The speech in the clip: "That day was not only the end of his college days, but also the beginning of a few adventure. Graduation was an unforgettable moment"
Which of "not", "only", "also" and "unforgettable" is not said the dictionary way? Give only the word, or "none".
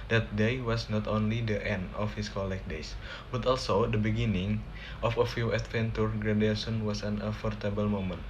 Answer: unforgettable